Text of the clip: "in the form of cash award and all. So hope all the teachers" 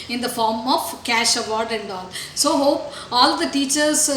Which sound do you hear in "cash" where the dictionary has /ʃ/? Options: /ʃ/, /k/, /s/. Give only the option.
/ʃ/